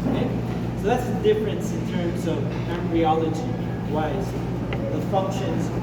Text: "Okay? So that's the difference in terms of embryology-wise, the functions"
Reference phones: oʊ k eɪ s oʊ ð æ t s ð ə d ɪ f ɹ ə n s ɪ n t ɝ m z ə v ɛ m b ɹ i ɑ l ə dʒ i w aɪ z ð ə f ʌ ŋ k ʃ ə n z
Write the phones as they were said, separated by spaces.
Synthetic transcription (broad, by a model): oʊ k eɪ s oʊ ð æ t s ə d ɪ f ɹ ə n s ɪ n t ɝ m z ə v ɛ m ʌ ɹ i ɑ l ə dʒ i w aɪ z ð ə f ʌ ŋ k ʃ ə n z